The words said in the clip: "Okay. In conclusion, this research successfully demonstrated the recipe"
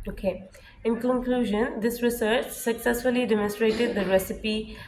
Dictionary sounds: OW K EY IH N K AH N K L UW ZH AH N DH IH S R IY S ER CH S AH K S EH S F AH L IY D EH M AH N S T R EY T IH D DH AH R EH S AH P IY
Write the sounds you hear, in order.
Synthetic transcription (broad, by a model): OW K EY IH N K AH N K L UW ZH AH N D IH S R IY S ER CH S AH K S EH S F AH L IY D EH M AH N S T R EY T IH D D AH R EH S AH P IY